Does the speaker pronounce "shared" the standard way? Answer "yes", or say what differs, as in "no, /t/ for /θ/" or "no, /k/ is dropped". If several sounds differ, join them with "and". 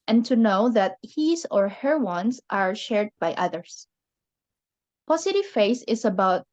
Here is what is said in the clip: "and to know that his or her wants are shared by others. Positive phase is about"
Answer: yes